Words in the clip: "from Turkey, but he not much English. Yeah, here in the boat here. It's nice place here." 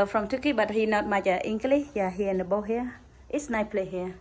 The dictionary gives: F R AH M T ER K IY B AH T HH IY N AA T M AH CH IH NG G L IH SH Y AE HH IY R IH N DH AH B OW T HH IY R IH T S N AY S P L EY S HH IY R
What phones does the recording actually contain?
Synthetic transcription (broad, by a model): F R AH M T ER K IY B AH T HH IY N AA T M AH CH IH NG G L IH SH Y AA HH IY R IH N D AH B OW HH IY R IH T S N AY P L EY HH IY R